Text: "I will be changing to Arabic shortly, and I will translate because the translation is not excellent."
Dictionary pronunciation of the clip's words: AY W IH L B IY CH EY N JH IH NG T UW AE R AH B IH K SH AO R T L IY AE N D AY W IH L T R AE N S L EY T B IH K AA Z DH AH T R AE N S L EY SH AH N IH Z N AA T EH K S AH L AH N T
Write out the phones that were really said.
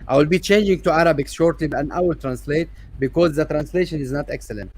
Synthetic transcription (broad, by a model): AY W IH L B IY CH EY N JH IH NG T UW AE R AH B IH K SH AO R T L IY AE N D AY W IH L T R AE N S L EY T B IH K AA Z DH AH T R AE N S L EY SH AH N IH Z N AA T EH K S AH L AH N T